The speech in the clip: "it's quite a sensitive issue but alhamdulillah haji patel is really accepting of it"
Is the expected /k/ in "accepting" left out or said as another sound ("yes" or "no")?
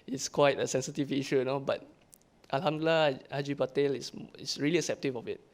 yes